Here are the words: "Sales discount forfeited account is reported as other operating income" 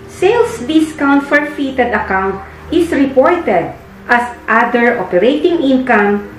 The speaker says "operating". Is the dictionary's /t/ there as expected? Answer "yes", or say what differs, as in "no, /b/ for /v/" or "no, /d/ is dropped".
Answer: yes